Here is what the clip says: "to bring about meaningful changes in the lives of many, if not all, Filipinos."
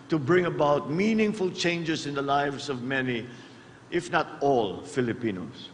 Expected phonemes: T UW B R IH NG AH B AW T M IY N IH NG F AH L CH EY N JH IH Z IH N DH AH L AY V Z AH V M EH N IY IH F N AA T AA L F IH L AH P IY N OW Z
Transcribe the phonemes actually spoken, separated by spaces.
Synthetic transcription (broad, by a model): T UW B R IH NG AH B AW T M IY N IH NG F AH L CH EY N JH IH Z IH N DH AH L AY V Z AH V M EH N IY IH F N AA T AA L F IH L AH P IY N OW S